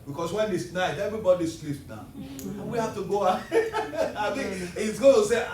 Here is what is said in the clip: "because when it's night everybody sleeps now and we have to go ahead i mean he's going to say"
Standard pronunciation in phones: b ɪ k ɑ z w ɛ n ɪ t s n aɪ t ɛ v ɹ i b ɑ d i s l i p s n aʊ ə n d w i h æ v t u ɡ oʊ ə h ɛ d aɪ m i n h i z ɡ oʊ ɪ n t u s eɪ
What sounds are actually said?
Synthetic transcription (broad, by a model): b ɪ k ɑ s w ɛ n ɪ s n aɪ t ɛ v ɹ i b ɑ d i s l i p n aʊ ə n w i h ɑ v t u ɡ oʊ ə aɪ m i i s ɡ oʊ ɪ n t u s eɪ